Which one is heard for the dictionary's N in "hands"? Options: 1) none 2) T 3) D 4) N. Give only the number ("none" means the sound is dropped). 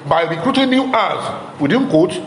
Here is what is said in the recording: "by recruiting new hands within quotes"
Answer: 1